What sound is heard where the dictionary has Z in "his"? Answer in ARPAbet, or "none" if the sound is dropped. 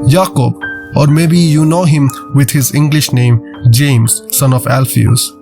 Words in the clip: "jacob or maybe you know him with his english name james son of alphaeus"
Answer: Z